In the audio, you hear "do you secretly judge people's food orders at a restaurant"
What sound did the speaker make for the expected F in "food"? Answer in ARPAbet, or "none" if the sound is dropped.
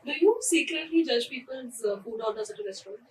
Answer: P